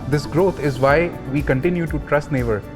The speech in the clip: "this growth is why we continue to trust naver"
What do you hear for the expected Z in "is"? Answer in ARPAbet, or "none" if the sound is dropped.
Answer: Z